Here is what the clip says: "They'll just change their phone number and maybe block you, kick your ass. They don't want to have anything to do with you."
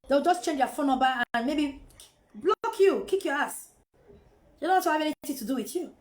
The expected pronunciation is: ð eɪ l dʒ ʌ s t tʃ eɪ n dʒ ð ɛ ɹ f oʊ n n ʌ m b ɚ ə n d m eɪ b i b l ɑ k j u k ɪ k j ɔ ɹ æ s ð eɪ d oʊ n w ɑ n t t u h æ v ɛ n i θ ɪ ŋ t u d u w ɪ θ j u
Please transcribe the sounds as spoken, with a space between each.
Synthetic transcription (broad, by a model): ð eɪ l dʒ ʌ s tʃ eɪ n dʒ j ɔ f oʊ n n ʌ b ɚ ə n m eɪ b i b l ɑ k j u k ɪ k j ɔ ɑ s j d oʊ n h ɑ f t t u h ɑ v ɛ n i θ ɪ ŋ t u d u w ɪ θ j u